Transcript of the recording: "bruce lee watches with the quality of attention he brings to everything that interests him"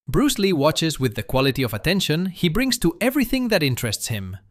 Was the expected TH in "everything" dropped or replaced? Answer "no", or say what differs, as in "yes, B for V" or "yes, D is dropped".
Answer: no